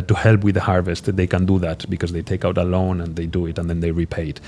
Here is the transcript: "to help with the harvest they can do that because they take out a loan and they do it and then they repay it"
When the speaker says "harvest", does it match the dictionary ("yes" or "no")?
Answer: yes